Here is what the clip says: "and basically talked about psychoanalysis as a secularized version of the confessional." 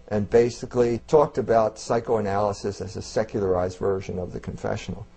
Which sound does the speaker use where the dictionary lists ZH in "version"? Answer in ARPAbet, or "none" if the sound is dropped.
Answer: ZH